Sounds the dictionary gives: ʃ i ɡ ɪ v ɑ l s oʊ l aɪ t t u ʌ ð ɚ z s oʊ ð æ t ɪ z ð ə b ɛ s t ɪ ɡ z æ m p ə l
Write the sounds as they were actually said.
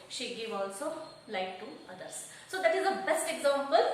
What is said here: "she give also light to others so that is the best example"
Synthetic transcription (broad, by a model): ʃ i ɡ ɪ v ɑ l s oʊ l aɪ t t u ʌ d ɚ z s oʊ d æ t ɪ z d ə b ɛ s t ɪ ɡ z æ m p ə l